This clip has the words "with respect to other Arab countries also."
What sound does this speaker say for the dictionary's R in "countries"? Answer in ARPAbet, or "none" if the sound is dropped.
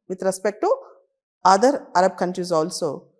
R